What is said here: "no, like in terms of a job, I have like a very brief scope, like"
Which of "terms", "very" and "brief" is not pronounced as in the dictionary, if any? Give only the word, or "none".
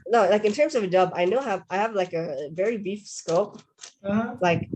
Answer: brief